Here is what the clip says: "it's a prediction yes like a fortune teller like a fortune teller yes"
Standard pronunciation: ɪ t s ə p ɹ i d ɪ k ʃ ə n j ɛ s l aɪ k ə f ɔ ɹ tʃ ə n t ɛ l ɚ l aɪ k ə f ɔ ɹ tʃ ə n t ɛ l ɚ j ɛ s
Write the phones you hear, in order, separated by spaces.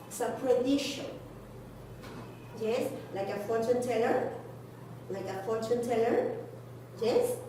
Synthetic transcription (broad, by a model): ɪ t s ə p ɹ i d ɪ ʃ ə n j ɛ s l aɪ k ə f ɔ ɹ tʃ ə n t ɛ l ɚ l aɪ k ə f ɔ ɹ tʃ ə n t ɛ l ɚ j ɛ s